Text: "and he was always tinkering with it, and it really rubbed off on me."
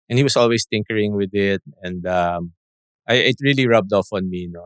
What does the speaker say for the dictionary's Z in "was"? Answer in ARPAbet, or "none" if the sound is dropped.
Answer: S